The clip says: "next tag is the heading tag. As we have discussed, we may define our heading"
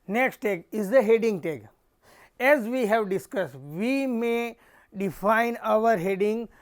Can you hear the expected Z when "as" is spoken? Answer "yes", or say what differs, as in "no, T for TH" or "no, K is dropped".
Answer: yes